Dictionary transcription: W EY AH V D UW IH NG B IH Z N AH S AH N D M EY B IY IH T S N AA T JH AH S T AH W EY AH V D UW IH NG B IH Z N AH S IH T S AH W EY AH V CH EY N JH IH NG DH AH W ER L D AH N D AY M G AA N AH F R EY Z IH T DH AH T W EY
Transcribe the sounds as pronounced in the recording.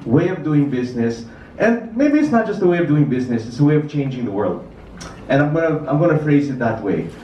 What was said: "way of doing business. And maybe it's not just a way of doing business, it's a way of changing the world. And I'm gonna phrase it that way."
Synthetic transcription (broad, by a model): W EY AH V D UW IH NG B IH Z N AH S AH N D M EY B IY IH T S N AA T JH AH S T AH W EY AH V D UW IH NG B IH Z N AH S IH T S AH W EY AH V CH EY N JH IH NG DH AH W ER L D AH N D AY M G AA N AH F R EY Z IH T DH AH T W EY